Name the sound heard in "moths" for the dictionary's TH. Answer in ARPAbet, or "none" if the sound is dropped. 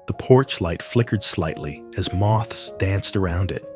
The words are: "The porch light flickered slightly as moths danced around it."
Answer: TH